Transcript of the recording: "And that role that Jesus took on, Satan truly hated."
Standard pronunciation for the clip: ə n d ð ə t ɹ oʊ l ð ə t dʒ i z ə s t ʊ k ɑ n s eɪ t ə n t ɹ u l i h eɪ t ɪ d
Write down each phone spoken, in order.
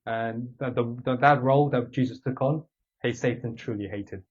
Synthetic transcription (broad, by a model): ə n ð ð ə t ɹ oʊ l ð ə t dʒ i z ə s t ʊ k n s eɪ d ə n t ɹ u l i h eɪ t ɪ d